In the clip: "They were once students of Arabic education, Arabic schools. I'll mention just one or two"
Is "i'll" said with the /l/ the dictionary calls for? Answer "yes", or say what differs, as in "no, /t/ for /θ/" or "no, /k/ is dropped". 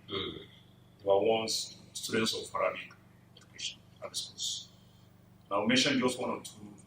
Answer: no, /w/ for /l/